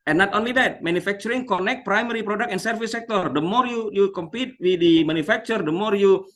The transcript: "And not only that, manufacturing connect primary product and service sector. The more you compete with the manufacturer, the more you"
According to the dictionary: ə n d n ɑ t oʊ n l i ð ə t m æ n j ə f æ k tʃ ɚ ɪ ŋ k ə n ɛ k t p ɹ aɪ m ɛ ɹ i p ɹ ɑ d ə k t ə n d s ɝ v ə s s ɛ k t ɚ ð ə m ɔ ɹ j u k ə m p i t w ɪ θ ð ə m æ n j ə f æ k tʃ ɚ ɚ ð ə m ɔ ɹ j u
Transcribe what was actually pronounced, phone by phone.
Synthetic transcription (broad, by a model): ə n n ɑ t oʊ n l i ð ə t m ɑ n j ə f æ k tʃ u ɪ ŋ k ə n ɛ k t p ɹ aɪ m ɛ ɹ i p ɹ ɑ d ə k ə n s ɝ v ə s s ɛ k t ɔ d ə m ɔ ɹ j u k ə m p i t w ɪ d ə m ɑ n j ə f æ k tʃ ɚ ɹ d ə m ɔ ɹ j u